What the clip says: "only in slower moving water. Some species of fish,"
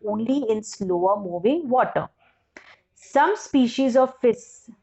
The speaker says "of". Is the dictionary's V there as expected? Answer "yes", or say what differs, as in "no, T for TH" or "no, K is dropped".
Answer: yes